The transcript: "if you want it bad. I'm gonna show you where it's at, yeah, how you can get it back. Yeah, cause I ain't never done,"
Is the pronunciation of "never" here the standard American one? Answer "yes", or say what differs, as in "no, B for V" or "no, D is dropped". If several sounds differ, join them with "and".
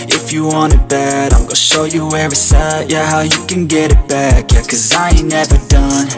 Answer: yes